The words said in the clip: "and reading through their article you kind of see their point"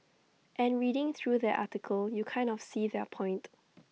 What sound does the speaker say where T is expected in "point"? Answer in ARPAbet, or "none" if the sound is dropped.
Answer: T